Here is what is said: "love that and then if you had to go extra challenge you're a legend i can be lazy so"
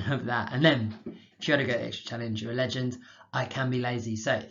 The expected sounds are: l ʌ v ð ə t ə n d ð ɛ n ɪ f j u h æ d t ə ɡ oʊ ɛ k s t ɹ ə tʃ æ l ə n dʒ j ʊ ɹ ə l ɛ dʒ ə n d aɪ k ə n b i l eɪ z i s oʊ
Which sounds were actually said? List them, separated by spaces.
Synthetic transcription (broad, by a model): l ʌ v ð ə t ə n ð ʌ n ɪ f j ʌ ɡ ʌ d t ə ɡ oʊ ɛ k s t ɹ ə tʃ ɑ l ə n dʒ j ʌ ɹ ə l ɛ dʒ ə n d aɪ k ə n b i l eɪ z i s oʊ